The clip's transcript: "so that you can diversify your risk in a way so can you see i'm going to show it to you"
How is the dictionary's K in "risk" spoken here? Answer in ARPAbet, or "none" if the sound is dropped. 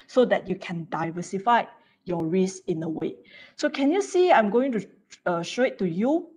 none